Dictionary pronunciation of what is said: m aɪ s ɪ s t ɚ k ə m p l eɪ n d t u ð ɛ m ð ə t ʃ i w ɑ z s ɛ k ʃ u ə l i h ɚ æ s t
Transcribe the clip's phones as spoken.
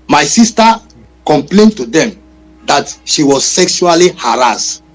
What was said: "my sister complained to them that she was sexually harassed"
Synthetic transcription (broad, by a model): m aɪ s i s t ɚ k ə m p l eɪ n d t u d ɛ m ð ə t ʃ i w ɑ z s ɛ k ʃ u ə l i h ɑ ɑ s t